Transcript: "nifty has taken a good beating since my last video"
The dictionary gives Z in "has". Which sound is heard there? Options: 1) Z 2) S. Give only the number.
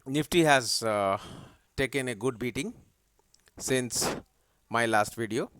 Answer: 1